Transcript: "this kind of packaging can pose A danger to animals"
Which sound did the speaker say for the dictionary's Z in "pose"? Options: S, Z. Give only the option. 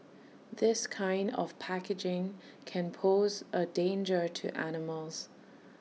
Z